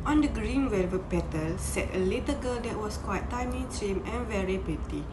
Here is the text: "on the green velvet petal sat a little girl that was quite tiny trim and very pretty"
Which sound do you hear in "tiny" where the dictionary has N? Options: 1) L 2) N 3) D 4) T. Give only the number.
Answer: 1